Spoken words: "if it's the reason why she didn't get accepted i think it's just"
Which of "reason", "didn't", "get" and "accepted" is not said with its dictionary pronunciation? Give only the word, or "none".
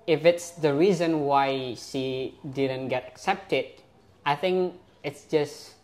none